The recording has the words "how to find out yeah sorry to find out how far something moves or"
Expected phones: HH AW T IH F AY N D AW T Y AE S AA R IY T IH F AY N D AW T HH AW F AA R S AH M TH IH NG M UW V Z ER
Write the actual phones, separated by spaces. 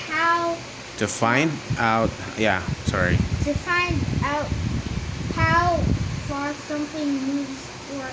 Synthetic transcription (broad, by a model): HH AW T IH F AY N D AW T Y AE S AA R IY T IH F AY N D AW T HH AW F AA R S AH M TH IH NG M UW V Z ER